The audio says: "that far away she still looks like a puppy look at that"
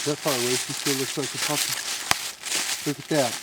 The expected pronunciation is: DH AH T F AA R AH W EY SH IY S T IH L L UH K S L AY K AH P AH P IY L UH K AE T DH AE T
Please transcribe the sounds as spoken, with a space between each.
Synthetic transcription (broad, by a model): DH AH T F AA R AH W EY S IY S T IH L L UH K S L AY K AH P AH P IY L UH K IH T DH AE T